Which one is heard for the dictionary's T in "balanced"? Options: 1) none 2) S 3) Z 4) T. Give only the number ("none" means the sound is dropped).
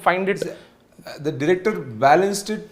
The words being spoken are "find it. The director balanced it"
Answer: 4